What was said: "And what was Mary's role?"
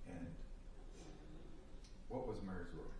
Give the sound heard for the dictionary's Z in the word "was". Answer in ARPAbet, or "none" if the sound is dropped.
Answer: Z